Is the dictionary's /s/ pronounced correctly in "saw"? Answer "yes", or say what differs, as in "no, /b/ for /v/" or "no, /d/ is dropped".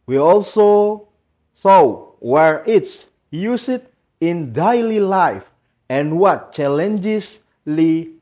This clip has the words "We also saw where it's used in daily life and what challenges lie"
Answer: yes